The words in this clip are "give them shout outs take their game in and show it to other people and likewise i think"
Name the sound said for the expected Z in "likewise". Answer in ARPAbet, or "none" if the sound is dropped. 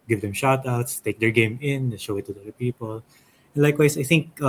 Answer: S